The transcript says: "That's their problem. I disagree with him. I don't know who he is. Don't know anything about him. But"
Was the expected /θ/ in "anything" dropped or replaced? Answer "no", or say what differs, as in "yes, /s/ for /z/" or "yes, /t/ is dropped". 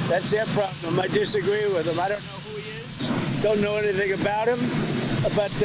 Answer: no